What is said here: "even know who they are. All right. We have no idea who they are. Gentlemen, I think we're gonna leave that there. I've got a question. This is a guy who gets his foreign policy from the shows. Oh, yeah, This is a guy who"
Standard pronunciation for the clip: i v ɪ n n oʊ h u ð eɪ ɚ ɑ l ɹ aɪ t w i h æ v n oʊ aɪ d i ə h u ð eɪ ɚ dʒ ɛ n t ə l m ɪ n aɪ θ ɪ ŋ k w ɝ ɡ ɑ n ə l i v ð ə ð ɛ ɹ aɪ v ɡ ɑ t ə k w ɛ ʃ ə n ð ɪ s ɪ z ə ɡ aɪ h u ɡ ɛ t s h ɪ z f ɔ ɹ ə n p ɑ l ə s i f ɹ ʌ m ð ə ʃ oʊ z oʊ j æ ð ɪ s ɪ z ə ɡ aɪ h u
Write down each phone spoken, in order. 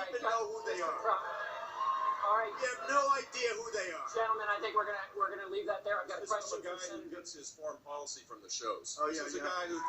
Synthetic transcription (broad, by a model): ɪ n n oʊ h u ð eɪ ɚ ɑ l ɹ aɪ t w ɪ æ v n oʊ aɪ d i ə h u ð eɪ ɚ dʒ ɛ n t l m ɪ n aɪ θ ɪ ŋ k w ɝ ɡ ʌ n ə w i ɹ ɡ ə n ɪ l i v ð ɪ t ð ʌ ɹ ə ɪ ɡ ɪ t ə ɡ aɪ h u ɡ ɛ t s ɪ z f ɔ ɹ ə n p ɑ l ə s i f ɹ ʌ m ð ə ʃ oʊ z oʊ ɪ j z ə ɡ aɪ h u